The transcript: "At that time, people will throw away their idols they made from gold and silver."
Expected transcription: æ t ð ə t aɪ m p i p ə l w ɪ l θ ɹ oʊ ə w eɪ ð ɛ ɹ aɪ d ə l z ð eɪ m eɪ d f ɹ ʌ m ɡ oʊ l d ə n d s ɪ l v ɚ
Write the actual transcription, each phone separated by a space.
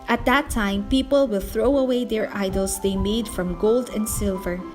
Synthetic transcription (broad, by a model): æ t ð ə t aɪ m p i p ə l w ɪ l θ ɹ oʊ ə w eɪ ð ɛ ɹ aɪ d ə l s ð eɪ m eɪ d f ɹ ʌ m ɡ oʊ l d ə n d s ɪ l v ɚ